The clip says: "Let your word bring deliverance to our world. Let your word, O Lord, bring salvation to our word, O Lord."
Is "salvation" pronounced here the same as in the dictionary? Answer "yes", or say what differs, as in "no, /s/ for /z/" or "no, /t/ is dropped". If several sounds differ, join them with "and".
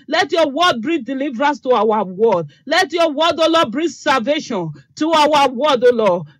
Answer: yes